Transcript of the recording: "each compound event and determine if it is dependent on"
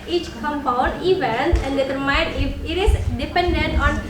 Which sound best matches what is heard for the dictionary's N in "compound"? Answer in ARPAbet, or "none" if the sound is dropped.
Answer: none